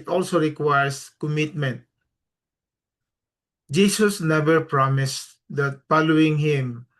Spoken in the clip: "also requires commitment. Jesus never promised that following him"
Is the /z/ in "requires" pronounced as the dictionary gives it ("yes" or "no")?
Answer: no